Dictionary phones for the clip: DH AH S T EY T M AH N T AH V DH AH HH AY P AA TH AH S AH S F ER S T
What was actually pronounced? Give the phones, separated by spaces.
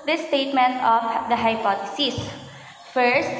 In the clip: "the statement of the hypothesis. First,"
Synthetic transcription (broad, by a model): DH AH S T EY T M AH N T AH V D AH HH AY P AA T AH S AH S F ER S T